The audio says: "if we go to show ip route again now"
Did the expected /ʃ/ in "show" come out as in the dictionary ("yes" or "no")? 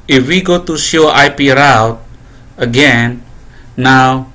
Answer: no